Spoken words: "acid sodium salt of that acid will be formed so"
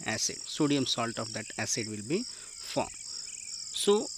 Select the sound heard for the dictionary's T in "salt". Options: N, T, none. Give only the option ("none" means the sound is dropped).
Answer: T